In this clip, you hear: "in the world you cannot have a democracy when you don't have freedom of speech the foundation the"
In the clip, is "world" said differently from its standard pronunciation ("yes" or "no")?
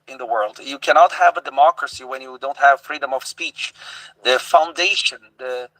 no